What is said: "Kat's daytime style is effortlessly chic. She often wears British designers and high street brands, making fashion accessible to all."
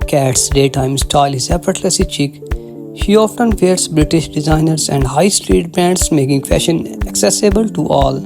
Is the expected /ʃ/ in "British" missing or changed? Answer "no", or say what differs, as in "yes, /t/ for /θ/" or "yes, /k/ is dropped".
no